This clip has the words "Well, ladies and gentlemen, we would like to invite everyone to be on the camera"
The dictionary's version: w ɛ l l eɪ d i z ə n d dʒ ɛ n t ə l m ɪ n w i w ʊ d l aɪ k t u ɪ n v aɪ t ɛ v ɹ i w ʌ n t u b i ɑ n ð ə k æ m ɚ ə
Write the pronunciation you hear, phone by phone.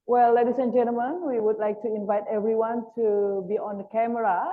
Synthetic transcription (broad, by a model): w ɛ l l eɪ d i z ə n dʒ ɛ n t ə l m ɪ n w i w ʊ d l aɪ k t u ɪ n v aɪ t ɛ v ɹ i w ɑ n t u b i ɑ n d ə k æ m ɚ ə